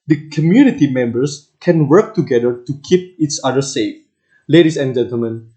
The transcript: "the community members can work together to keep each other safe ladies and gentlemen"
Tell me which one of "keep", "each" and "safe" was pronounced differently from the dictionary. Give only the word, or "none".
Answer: each